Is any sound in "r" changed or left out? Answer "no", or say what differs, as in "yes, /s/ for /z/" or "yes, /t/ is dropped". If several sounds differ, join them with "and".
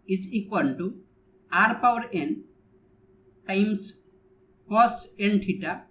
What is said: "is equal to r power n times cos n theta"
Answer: no